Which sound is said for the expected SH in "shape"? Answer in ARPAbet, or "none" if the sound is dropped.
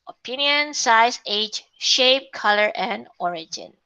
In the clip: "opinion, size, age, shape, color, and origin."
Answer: SH